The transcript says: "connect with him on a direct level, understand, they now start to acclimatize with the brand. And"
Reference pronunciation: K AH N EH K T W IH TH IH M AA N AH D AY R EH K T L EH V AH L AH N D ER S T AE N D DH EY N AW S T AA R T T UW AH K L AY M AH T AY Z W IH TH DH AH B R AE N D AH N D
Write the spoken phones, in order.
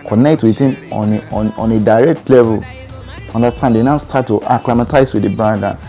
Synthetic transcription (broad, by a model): K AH N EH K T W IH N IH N AA N AH D AY R EH K T L EH V AH L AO N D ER S T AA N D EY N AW S T AA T T UW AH K L AY M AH T AY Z W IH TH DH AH B AA D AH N